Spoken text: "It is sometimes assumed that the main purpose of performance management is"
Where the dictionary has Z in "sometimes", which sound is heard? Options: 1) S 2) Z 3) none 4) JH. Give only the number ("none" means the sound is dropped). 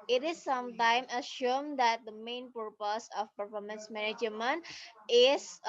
3